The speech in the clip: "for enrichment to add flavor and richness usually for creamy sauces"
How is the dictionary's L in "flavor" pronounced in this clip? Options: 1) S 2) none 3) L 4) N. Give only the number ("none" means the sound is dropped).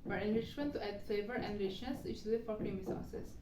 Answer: 2